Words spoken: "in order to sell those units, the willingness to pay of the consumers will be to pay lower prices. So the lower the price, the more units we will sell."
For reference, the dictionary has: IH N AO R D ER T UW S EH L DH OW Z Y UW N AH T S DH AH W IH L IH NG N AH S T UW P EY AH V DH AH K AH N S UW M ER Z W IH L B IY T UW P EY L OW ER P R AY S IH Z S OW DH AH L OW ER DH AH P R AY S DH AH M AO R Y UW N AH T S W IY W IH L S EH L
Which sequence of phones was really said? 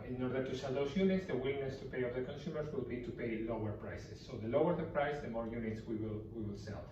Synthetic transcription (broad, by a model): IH N AO R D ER T UW S EH L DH OW S Y UW N AH T S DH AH W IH L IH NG N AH S T UW P EY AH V DH AH K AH N S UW M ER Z W IH L B IY T UW P EY L OW ER P R AY S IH S OW DH AH L OW ER DH AH P R AY S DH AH M AO R Y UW N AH T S W IY W IH L S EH L